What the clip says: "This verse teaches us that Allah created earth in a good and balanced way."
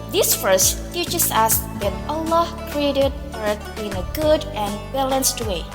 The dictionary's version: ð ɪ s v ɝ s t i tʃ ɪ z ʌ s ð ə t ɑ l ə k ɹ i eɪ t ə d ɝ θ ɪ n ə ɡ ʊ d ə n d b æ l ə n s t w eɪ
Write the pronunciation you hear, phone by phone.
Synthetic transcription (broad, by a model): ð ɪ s f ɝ s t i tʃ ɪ s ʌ s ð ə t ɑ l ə k ɹ i eɪ t ə d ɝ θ ɪ n ə ɡ ʊ d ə n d b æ l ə n s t w eɪ